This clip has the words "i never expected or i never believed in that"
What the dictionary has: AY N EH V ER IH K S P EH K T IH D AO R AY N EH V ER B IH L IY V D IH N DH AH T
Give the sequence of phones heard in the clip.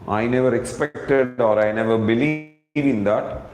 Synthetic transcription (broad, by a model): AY N EH V ER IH K S P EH K T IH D AO R AY N EH V ER B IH L IY V IH N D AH T